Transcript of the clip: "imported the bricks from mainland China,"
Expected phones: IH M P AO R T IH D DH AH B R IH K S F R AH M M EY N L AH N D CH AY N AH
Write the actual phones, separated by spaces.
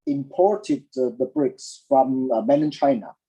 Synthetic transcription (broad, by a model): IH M P AO R T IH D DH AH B R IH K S F R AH M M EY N AH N CH AY N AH